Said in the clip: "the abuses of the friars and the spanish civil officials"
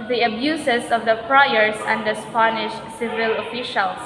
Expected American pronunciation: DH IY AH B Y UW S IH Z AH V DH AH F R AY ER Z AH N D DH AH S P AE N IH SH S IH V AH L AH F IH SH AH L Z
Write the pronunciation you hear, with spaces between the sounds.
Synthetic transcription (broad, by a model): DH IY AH B Y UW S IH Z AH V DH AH P R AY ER S AH N D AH S P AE N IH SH S IH V AH L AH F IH SH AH L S